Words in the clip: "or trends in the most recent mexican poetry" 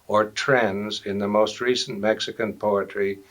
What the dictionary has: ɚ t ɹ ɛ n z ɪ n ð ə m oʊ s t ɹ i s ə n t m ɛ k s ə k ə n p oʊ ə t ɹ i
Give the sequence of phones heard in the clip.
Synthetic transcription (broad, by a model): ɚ t ɹ ɛ n z ɪ n ð ə m oʊ s t ɹ i s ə n m ɛ k s ə k ə n p oʊ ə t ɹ i